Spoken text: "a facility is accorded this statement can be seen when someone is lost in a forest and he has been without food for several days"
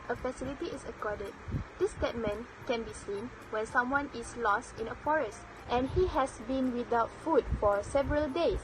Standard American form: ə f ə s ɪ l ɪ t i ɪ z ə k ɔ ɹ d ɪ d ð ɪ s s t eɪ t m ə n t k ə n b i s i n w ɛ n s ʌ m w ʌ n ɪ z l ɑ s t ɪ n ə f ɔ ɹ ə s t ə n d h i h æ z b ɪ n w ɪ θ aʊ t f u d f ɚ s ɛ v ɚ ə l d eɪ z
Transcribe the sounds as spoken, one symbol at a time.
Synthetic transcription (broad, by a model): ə f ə s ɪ l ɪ t i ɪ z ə k ɔ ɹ d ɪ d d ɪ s s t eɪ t m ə n k ə n b i s i n w ɛ n s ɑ m w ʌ n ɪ s l ɑ s t ɪ n ə f ɔ ɹ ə s t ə n h i h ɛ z b ɪ n w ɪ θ aʊ t f u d f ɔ s ɛ v ɚ ə l d eɪ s